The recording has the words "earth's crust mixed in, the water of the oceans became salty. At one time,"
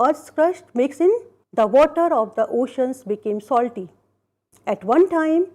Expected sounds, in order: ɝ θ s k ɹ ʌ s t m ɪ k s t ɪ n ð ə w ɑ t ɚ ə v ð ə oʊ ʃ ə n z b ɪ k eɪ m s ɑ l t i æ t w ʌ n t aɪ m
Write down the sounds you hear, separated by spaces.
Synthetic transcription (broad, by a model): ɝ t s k ɹ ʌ ʃ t m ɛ k s ɪ n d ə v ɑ t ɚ ə v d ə oʊ ʃ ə n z b ɪ k eɪ m s ɑ l t i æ t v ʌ n t aɪ m